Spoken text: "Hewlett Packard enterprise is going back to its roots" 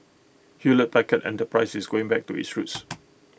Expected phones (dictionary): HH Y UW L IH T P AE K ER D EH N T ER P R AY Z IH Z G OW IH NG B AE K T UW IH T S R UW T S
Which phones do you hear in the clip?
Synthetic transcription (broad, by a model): HH Y UW L IH T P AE K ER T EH N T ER P R AY S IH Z G OW IH NG B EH K T UW IH T S R UW T S